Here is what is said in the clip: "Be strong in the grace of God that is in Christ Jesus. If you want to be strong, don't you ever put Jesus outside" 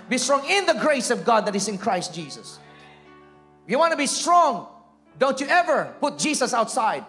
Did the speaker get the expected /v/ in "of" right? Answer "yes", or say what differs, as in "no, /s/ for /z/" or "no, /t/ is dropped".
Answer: yes